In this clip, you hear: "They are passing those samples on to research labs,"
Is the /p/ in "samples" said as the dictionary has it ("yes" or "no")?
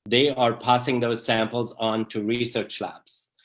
yes